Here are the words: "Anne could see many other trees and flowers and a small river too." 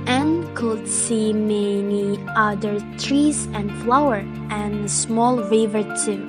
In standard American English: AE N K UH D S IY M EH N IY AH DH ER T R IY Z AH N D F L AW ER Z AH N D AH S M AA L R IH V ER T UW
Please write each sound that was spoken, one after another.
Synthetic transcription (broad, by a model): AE N K UH D S IY M EH N IY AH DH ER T R IY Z AH N D F L AW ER AH N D S M AA L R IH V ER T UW